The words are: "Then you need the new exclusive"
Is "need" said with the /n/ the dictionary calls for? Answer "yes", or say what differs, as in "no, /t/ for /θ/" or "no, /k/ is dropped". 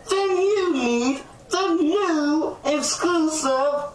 no, /l/ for /n/